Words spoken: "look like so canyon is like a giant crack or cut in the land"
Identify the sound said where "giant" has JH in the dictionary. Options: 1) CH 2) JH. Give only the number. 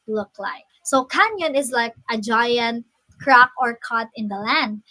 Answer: 2